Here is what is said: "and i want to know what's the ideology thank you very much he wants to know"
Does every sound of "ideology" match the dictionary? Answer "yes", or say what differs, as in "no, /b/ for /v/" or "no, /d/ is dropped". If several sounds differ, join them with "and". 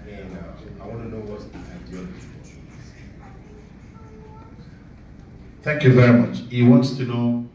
no, /n/ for /l/